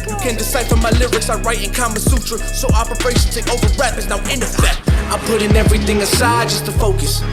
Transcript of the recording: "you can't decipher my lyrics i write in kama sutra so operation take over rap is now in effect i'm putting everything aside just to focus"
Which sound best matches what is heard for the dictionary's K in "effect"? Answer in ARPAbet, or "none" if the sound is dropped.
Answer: none